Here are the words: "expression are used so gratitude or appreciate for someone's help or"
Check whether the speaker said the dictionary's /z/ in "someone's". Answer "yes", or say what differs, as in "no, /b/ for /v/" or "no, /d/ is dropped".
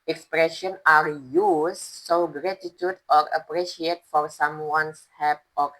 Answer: no, /s/ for /z/